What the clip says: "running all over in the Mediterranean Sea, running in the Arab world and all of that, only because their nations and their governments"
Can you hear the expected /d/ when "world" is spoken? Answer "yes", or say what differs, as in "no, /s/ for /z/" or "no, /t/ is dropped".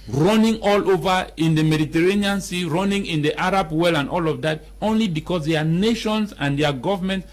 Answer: no, /d/ is dropped